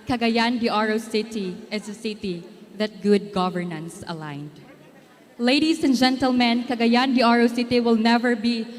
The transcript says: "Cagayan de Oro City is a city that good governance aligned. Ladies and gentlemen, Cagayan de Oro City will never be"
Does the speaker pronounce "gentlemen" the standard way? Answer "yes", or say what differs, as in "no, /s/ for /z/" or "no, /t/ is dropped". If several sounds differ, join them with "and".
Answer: yes